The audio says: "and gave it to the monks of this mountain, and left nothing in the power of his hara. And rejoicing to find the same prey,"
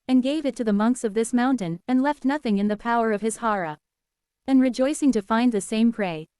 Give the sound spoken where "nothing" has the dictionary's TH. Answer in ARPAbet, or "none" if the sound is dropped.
TH